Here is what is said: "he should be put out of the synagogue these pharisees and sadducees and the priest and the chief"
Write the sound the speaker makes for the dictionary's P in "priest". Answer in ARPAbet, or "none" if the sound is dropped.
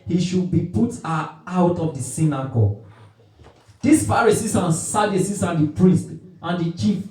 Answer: P